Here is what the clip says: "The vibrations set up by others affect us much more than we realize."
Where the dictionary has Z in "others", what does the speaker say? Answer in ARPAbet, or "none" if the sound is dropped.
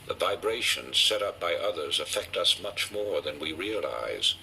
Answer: Z